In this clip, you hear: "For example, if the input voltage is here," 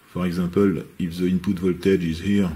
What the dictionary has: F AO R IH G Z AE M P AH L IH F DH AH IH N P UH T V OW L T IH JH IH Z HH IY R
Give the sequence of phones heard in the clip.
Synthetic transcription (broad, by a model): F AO R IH G Z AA P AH L IH F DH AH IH N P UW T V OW L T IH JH IH Z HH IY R